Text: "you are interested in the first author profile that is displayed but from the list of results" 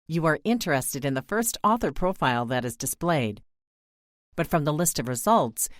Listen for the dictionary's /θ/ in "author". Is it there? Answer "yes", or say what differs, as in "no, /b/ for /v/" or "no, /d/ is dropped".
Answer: yes